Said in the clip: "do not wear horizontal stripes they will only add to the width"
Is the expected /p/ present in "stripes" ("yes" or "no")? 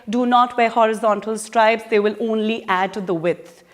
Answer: no